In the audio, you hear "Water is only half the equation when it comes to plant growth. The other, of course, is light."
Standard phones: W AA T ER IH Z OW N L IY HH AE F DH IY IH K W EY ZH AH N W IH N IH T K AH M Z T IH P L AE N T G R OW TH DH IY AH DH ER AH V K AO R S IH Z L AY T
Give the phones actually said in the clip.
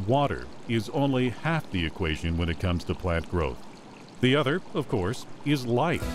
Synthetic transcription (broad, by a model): W AA T ER IH Z OW N L IY HH AE F DH IY IH K W EY ZH AH N W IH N IH T K AH M Z T IH P L AE N T G R OW TH DH IY AH DH ER AH V K AO R S IH Z L AY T